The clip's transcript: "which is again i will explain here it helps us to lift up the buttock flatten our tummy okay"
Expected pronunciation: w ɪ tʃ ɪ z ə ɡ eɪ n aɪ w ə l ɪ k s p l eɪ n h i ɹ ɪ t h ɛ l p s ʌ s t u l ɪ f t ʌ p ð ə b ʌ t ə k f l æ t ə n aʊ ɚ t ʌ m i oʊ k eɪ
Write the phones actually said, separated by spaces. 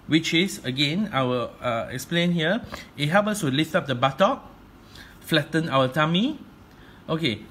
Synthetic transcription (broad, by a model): w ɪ tʃ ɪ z ə ɡ eɪ n aɪ w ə l ɪ k s p l eɪ n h i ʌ ɪ t h ɛ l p ʌ s t u l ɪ f t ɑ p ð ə b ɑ t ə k f l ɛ t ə n aʊ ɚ t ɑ m i oʊ k eɪ